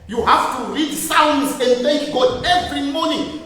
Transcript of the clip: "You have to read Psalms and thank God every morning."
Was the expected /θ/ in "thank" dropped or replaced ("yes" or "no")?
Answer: yes